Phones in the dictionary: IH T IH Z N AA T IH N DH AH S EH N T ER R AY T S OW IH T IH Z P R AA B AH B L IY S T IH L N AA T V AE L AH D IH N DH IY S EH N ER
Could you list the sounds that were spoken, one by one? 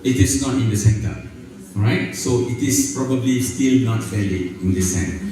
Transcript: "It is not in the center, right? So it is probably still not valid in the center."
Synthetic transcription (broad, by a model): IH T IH S N AA T IH N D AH S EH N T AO R AY T S OW IH T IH S P R AA B AH B L IY S T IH L N AA T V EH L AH IH N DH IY S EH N